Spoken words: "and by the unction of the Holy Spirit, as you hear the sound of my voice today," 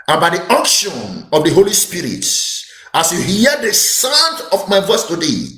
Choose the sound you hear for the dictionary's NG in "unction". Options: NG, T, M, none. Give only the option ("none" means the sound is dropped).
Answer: none